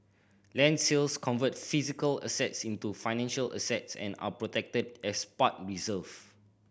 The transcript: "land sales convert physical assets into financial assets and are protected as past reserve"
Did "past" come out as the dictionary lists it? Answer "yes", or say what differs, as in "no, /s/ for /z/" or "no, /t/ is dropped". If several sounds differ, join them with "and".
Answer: no, /s/ is dropped